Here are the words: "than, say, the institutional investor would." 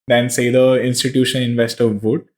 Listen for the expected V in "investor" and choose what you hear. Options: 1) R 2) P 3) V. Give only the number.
3